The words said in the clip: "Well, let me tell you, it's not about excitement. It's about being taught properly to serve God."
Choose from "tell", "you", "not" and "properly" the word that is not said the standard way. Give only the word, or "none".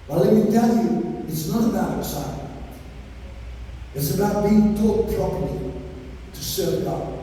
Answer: properly